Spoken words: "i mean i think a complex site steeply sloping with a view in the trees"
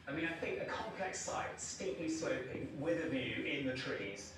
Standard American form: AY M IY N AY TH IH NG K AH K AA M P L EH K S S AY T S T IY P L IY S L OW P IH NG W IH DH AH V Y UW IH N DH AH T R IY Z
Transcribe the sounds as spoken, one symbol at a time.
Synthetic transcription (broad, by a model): AY M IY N AY TH IH NG K AH K AA M P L EH K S S AY T S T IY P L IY S OW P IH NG W IH DH AH V Y UW IH N DH AH T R IY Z